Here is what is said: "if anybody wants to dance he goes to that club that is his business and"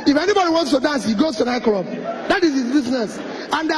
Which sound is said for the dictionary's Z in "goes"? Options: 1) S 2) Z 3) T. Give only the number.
1